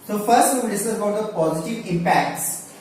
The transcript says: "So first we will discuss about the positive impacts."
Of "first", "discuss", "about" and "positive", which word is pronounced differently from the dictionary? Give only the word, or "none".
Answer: discuss